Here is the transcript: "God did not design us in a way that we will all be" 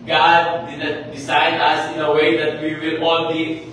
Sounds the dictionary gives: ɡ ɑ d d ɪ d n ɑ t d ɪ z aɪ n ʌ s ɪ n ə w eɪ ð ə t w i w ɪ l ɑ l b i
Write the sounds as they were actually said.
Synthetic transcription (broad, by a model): ɡ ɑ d d ɪ d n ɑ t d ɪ s aɪ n ʌ s ɪ n ə w eɪ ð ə t w i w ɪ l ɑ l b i